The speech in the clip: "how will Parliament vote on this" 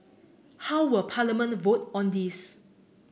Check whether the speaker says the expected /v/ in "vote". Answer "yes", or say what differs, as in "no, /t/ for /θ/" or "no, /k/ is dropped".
yes